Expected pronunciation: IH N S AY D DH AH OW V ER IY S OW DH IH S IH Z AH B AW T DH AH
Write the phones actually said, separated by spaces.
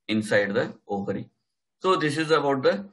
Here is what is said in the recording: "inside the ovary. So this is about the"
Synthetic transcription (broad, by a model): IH N S AY D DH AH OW P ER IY S OW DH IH S IH Z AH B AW T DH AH